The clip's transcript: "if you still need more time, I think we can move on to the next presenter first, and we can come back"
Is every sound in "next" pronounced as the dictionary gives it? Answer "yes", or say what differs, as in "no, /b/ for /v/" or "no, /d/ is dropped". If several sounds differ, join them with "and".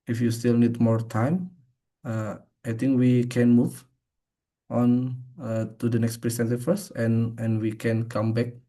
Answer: yes